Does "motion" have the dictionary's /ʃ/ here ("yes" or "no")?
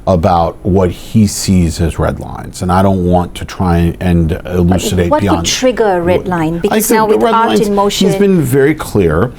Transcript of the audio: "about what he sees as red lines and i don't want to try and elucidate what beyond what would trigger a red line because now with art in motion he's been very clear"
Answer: no